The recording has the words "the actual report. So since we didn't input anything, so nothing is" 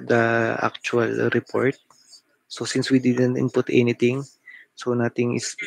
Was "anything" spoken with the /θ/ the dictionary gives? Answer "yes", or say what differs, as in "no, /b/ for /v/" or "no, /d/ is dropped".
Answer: no, /t/ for /θ/